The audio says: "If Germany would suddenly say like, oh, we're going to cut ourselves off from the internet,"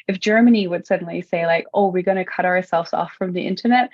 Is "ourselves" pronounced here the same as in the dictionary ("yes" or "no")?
yes